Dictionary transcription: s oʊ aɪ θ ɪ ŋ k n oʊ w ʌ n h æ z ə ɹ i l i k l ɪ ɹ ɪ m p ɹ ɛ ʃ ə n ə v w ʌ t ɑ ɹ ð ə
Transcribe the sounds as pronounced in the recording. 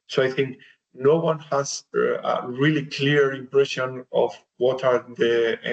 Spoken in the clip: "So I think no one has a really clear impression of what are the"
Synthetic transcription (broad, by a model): s oʊ aɪ θ ɪ ŋ k n oʊ w ʌ n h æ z ə ɹ i l i k l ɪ ɹ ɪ m p ɹ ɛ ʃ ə n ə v w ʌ t ɑ ɹ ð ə